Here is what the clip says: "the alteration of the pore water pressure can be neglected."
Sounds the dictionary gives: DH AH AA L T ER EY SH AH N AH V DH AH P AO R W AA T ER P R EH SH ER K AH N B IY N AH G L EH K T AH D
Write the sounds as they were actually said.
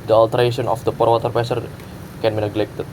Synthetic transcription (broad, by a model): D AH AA L T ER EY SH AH N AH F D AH P AO R W AA T ER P EH S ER K AH N B IY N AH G L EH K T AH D